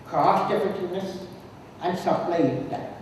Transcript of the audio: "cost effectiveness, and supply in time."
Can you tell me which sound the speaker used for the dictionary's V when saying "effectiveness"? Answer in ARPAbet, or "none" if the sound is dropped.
none